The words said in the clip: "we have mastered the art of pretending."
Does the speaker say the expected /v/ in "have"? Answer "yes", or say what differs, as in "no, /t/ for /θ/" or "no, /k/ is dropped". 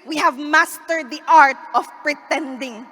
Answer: yes